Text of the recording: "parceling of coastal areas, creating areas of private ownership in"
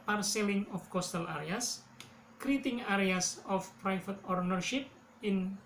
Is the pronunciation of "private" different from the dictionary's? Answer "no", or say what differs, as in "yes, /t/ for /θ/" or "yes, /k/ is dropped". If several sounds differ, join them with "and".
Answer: yes, /f/ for /v/